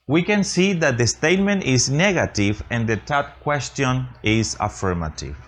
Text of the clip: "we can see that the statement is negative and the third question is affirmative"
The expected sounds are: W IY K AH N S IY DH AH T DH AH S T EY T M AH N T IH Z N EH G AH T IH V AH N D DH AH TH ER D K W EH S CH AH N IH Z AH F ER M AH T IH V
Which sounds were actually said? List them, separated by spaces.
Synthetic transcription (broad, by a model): W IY K AH N S IY DH AH T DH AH S T EY T M AH N T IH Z N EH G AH T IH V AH N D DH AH T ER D K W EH S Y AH N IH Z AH F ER M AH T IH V